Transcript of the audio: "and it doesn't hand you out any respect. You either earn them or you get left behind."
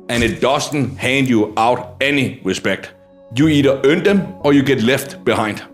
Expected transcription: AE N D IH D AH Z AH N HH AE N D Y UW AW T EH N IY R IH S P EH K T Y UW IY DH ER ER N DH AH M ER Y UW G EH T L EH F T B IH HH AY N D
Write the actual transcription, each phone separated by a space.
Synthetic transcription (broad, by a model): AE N IH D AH S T N HH AE N D Y UW AW T EH N IY R IH S P EH K T Y UW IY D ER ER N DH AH M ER Y UW G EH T L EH F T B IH HH AY N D